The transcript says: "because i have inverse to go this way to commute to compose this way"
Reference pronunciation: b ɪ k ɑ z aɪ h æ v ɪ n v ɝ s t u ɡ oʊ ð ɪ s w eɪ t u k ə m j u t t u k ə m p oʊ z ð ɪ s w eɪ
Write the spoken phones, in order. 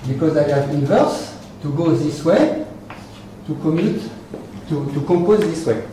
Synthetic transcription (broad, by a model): b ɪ k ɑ z aɪ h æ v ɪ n v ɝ s t u ɡ oʊ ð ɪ s w eɪ t u k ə m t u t t u k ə p oʊ z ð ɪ s w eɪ